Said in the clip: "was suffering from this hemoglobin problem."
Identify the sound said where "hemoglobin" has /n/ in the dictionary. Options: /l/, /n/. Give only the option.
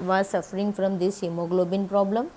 /n/